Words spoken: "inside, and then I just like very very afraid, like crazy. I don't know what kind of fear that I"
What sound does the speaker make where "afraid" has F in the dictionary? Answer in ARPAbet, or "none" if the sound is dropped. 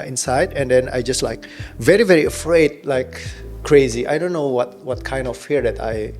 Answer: F